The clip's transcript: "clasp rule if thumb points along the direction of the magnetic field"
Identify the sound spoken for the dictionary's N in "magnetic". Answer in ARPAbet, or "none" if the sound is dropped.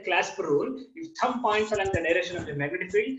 none